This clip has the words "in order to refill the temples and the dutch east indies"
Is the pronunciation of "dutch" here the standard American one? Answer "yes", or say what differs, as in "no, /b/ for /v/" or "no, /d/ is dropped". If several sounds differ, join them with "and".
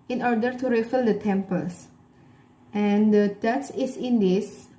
no, /s/ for /tʃ/